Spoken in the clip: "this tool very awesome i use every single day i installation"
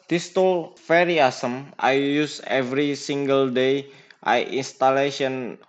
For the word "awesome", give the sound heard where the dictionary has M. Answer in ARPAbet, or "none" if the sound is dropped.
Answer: M